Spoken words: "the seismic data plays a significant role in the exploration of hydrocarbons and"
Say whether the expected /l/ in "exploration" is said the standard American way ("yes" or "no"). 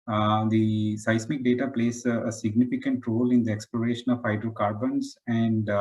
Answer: yes